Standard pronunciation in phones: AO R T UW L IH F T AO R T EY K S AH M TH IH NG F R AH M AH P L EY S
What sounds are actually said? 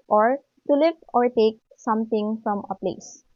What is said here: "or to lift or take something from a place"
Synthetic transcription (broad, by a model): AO R T UW L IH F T AO R T EY K S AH M T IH NG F R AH M AH P L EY S